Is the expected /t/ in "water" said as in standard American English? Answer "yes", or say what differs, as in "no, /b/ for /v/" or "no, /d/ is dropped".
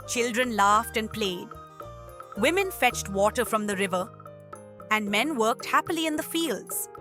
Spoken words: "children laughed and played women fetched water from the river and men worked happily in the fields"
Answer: yes